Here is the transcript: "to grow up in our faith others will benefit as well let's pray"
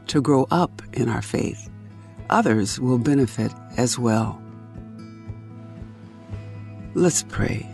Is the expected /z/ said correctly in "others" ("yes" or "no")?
yes